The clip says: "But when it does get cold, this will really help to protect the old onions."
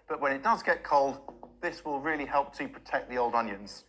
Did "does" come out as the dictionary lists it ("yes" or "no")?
yes